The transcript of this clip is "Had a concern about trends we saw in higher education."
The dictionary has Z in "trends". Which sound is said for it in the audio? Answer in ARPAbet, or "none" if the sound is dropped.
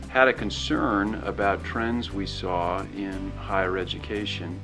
Z